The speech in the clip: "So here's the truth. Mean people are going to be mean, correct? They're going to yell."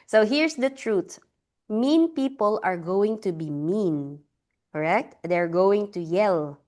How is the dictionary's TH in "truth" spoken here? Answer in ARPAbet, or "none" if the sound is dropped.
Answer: T